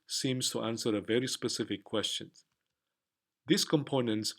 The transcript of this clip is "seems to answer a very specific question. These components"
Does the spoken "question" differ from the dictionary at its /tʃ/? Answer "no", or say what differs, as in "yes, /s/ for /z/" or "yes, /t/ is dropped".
no